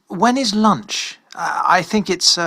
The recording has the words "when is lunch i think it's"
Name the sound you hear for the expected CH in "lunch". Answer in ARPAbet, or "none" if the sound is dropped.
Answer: CH